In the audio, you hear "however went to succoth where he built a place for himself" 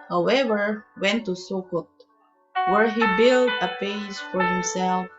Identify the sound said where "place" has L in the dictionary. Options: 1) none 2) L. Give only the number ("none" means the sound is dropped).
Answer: 1